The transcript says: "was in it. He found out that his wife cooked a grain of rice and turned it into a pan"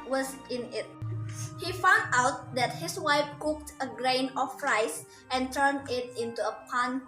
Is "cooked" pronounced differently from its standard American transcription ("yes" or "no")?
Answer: no